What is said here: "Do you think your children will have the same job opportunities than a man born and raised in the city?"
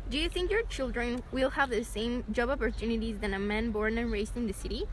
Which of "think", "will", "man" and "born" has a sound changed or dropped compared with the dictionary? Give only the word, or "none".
none